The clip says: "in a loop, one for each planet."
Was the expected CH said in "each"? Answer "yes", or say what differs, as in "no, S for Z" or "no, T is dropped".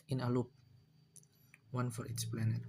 no, S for CH